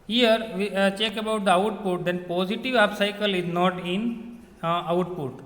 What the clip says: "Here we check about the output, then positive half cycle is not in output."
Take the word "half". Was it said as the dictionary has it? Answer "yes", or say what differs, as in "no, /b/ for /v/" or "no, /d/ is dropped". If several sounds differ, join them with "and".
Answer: no, /p/ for /f/